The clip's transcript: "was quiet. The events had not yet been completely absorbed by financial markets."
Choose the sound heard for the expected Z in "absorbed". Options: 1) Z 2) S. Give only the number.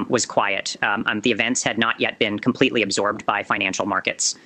1